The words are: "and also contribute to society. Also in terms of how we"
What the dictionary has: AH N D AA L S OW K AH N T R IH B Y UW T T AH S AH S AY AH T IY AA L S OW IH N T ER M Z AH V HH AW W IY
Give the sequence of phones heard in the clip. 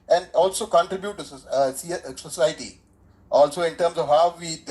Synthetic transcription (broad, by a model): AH N D AA L S OW K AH N T R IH B Y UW T S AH S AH S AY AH T IY AA L S OW IH N T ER M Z AH V HH AW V IY